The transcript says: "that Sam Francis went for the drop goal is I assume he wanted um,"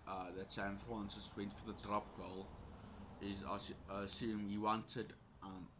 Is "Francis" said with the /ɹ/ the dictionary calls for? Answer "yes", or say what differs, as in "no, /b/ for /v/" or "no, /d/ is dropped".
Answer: no, /ɹ/ is dropped